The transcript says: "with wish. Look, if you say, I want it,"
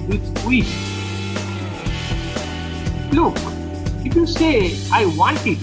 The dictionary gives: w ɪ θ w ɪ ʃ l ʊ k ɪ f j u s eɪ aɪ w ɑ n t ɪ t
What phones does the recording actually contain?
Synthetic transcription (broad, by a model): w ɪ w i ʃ l ʊ k ɪ f j u s eɪ aɪ w ɑ n t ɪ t